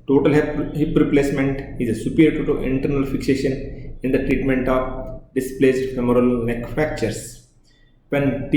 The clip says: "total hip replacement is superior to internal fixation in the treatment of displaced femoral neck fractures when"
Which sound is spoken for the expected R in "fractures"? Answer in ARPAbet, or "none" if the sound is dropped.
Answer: none